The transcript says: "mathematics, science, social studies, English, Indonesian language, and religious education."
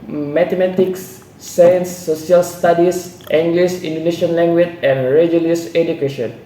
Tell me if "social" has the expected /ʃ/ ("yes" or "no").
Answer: no